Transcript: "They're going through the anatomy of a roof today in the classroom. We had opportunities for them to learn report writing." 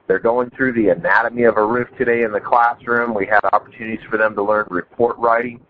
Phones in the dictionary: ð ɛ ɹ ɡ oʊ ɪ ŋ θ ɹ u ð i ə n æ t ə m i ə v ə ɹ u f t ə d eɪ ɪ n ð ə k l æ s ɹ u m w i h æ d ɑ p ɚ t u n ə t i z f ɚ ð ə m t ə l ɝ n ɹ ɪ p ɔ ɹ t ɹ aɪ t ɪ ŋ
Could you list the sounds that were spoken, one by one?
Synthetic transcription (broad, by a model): ð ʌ ɹ ɡ oʊ ɪ ŋ θ ɹ u ð i ə n æ t ə m i ə v ə ɹ u f t ə d eɪ ɪ n ð ə k l æ s ɹ u m w i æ d ɑ p ɚ t u n ə t i z f ɚ ð ə m t ə l ɝ n ɹ ɪ p ɔ ɹ t ɹ aɪ t ɪ ŋ